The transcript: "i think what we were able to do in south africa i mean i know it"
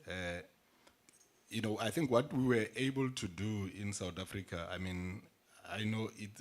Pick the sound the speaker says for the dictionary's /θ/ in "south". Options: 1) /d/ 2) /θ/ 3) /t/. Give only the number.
3